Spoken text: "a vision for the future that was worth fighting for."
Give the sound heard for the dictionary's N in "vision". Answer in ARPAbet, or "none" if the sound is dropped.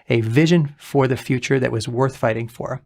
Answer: N